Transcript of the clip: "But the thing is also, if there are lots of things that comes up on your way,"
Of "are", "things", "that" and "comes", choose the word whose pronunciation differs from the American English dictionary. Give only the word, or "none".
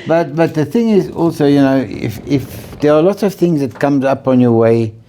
none